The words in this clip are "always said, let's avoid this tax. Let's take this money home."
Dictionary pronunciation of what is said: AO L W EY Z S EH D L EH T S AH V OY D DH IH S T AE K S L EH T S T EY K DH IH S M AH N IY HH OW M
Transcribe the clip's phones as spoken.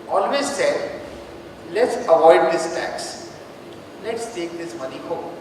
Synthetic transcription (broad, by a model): AO L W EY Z S EH D L EH T S AH V OY D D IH S T AE K S L EH T S T EY K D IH S M AH N IY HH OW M